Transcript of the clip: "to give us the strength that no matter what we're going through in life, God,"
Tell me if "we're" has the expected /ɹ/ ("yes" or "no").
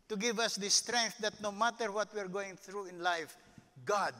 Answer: yes